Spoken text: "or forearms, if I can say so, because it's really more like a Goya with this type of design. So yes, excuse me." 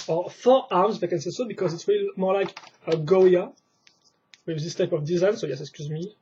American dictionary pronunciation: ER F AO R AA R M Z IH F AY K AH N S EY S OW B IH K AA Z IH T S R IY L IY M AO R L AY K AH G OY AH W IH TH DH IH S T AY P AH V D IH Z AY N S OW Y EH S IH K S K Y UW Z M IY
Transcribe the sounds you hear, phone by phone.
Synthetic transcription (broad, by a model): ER F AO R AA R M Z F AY K AH N S EY S OW B IH K AA Z IH T S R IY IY M AO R L AY K AH G OY AH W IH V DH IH S T AY P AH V D IH Z AY N S OW Y EH S IH K S K Y UW Z M IY